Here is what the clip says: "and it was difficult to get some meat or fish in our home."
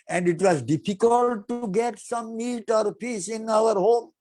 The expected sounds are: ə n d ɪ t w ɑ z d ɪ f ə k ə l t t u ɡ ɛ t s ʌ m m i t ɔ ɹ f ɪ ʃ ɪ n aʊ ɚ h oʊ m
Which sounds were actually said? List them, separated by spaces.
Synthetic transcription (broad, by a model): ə n d ɪ t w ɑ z d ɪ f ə k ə l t t u ɡ ɛ t s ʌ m m i t ɔ ɹ p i s ɪ n aʊ ɚ h oʊ m